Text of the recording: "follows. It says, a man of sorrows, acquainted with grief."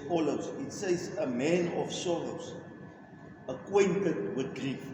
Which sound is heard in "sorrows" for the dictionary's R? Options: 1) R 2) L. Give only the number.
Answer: 2